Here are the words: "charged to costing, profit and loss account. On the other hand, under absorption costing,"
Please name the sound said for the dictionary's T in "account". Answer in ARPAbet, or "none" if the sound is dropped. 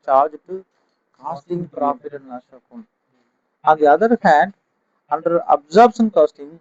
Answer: none